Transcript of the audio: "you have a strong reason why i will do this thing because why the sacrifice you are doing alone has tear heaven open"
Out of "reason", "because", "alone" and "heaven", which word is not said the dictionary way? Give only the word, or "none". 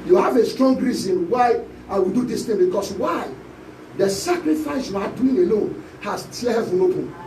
because